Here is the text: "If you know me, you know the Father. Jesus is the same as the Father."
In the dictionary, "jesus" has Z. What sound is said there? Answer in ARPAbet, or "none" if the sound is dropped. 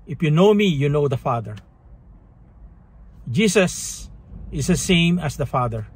S